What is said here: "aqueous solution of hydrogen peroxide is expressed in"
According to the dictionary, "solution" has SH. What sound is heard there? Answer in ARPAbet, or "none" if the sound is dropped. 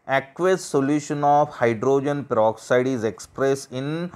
SH